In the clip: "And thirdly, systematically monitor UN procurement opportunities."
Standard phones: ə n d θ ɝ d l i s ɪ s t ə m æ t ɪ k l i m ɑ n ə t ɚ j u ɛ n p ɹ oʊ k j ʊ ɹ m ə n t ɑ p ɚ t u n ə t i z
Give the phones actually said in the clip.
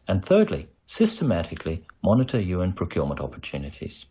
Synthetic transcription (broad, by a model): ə n θ ɝ d l i s ɪ s t ə m æ t ɪ k l i m ɑ n ə t ɚ j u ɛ n p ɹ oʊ k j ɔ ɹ m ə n t ɑ p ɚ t u n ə t i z